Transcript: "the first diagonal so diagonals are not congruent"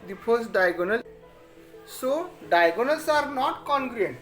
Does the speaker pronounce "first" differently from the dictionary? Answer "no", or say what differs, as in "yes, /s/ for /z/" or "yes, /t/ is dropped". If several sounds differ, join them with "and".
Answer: yes, /p/ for /f/